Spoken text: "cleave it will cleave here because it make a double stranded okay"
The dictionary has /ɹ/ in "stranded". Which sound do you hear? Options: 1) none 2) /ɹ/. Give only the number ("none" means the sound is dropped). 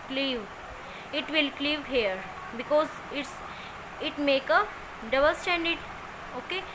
1